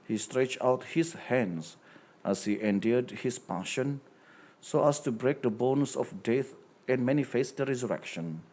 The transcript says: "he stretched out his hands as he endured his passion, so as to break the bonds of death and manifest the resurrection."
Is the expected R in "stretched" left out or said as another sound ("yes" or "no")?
no